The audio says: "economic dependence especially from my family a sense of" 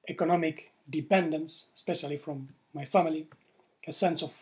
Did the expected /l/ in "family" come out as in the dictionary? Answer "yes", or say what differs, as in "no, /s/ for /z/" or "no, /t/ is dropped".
yes